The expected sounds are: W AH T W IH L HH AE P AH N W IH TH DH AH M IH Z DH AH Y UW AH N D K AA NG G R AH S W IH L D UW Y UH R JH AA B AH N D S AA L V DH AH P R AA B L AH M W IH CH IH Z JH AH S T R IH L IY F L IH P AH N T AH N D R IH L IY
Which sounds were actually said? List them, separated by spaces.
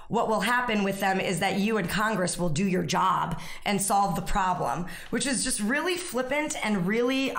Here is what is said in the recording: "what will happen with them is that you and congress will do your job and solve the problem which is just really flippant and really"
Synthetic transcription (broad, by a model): W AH T W IH L HH AE P AH N W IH DH AH M IH Z DH AH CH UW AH N K AA NG G R AH S W IH L D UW Y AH R JH AA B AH N S AA L V DH AH P R AA B L AH M W IH CH IH Z JH AH S T R IH L IY F L IH P AH N T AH N R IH L IY